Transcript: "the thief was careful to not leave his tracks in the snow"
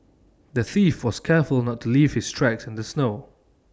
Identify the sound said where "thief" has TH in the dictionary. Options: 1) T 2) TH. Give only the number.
2